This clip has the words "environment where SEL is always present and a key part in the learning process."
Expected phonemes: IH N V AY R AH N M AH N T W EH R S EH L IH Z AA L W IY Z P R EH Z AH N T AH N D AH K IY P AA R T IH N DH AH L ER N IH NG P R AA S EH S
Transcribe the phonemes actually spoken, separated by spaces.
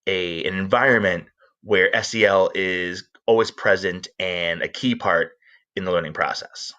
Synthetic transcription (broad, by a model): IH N V AY R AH N M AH N T W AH R S EH L IH Z AA L W IY Z P R EH Z AH N T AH N AH K IY P AA R T IH N DH AH L ER N IH NG P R AA S EH S